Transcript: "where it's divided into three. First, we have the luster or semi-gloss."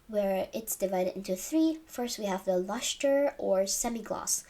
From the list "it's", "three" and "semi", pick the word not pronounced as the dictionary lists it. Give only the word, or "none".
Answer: none